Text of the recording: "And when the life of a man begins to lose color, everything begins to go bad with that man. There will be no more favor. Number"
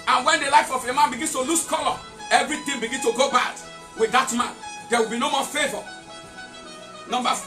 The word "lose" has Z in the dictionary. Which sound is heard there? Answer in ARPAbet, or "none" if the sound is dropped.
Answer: S